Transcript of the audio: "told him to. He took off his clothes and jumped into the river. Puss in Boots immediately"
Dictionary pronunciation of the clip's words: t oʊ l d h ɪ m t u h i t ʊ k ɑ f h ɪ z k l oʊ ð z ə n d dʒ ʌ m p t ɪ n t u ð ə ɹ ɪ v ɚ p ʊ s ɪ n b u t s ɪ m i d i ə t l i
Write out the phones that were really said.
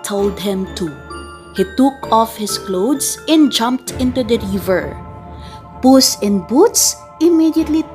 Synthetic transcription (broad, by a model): t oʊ l d h ɪ m t u h i t ʊ k ɑ f h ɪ s k l oʊ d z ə n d dʒ ʌ m p t ɪ n t u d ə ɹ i v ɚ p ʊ s ɪ n b u t s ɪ m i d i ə t l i